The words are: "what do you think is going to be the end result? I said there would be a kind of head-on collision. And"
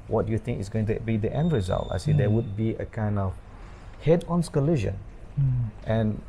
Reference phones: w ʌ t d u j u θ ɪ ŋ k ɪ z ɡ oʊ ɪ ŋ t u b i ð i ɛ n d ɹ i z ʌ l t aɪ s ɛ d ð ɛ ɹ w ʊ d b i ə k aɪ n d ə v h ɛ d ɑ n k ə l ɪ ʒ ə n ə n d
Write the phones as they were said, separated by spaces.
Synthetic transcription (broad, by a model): w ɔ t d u j u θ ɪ ŋ k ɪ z ɡ oʊ ɪ ŋ t u b i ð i ɛ n d ɹ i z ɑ l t aɪ s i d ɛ w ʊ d b i ə k aɪ n d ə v h ɛ d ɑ n k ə l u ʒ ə n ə n